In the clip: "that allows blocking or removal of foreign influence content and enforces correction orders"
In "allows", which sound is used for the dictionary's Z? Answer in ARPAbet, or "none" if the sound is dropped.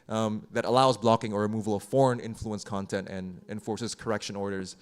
Z